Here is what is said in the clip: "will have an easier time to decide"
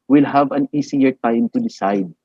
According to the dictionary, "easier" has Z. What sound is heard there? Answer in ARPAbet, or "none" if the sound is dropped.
S